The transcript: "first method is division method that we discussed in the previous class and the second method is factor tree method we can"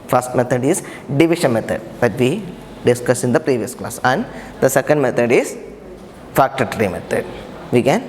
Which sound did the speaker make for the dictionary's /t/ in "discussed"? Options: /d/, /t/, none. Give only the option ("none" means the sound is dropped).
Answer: none